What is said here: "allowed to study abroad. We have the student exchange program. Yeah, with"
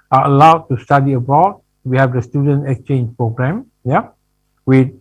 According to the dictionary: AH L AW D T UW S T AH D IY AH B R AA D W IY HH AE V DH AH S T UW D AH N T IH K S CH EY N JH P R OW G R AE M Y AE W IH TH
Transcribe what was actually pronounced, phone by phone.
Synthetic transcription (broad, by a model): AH L AW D T UW S T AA D IY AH B AA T W IY HH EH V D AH S T UW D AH N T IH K S CH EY N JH P R OW G R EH M Y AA W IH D